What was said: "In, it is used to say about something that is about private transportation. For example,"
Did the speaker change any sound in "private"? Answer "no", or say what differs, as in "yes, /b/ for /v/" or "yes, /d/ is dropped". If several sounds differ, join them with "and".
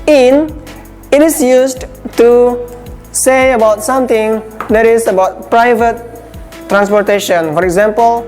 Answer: no